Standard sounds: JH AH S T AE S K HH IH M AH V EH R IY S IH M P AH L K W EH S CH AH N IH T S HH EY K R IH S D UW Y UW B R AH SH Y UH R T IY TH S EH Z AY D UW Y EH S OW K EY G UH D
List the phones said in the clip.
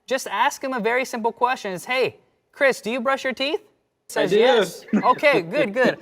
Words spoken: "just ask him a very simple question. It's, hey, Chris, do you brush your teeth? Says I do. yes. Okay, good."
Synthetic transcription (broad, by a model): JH AH S T AE S K HH IH M AH V EH R IY S IH M P L K W EH S CH AH N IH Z HH EY K R IH S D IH Y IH B R AH SH Y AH R T IY TH S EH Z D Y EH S OW K EY G UH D